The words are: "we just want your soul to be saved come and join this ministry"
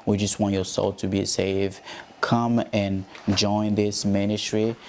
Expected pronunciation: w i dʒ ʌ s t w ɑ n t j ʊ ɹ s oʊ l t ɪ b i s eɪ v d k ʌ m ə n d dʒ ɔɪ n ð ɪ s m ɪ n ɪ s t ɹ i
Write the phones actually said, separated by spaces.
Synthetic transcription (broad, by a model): w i dʒ ʌ s t w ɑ n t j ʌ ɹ s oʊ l t ɪ b i s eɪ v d k ʌ m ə n dʒ ɔɪ n ð ɪ s m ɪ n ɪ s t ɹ i